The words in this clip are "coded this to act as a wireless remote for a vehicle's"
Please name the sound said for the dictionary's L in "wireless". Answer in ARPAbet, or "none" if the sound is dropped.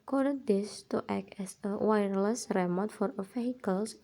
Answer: L